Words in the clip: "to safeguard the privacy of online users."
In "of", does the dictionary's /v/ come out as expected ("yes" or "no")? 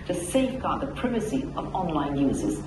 yes